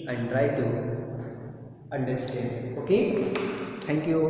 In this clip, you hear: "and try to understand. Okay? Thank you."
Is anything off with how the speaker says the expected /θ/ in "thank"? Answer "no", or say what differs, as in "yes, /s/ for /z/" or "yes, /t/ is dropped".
yes, /t/ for /θ/